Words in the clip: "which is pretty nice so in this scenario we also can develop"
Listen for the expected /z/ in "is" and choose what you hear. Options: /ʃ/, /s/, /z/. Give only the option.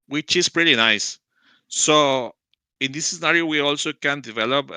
/s/